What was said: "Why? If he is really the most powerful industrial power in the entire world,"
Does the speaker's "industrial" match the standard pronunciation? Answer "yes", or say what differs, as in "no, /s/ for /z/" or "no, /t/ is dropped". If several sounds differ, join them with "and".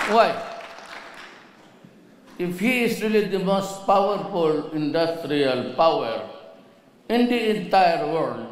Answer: yes